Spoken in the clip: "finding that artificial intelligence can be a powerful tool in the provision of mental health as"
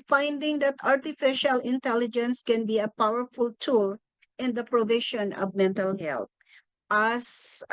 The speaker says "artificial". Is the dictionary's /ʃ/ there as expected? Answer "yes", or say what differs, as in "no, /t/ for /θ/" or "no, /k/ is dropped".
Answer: yes